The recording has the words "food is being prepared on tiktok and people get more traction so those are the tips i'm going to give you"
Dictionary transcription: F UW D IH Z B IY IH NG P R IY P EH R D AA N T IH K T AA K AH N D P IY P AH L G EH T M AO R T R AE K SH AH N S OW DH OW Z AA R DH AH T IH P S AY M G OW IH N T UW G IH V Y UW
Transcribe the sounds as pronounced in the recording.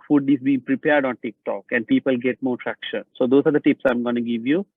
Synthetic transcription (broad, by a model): F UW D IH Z B IY IH NG P R IY P EH R D AA N T IH K T AA K AH N D P IY P AH L G EH T M AO R T R AE K SH AH N S OW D OW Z AA R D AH T IH P S AY M G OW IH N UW G IH V Y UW